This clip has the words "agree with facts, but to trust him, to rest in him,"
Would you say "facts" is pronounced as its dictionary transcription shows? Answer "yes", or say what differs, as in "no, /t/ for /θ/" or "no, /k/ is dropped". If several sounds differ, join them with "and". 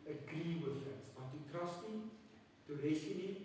no, /k/ is dropped